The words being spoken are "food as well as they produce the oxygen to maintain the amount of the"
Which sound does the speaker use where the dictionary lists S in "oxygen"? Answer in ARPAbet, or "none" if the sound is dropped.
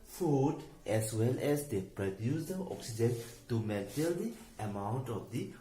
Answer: S